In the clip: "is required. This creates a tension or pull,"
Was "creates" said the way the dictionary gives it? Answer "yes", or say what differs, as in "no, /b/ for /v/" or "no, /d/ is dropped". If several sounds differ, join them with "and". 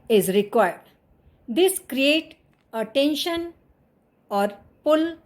no, /s/ is dropped